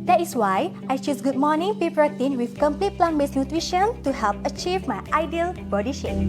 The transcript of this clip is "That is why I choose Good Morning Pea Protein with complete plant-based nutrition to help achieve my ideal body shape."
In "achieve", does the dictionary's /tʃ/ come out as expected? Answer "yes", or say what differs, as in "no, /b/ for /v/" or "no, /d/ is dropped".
yes